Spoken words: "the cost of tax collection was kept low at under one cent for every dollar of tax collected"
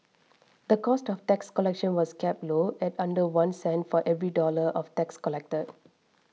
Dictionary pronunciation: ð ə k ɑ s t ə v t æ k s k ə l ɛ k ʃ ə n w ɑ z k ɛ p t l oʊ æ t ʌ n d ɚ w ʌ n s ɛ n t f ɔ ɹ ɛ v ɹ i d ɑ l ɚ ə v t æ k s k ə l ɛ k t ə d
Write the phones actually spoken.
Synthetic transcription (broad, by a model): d ə k ɑ s t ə f t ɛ k s k ə l ɛ k ʃ ə n w ɑ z k ɛ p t l oʊ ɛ t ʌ n d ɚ w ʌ n s ɛ n t f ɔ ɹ ɛ v ɹ i d ɑ l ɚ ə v t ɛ k s k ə l ɛ k t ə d